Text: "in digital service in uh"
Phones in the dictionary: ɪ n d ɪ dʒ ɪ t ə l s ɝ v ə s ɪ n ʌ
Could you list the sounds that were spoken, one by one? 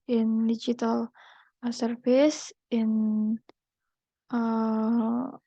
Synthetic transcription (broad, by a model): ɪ n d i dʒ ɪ t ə l s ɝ f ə s ɪ n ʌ